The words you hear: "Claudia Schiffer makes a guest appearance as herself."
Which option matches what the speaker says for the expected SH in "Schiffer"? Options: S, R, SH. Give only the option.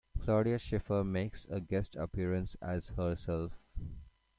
SH